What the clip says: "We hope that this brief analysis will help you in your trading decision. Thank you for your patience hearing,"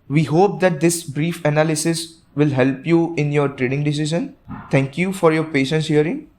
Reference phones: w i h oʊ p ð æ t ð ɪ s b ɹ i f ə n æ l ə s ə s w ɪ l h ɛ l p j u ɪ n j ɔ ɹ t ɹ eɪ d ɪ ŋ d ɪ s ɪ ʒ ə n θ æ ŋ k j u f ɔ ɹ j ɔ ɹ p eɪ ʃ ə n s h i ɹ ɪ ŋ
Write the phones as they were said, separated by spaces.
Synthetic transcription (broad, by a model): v i h oʊ p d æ t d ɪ s b ɹ i f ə n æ l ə s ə s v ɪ l h ɛ l p j u ɪ n j ɔ ɹ t ɹ eɪ d ɪ ŋ d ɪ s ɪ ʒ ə n t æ ŋ k j u f ɔ ɹ j ɔ ɹ p eɪ ʃ ə n s h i ɹ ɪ ŋ